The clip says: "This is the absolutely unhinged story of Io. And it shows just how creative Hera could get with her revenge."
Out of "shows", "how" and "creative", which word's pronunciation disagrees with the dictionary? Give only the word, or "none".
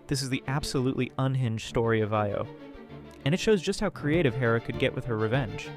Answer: none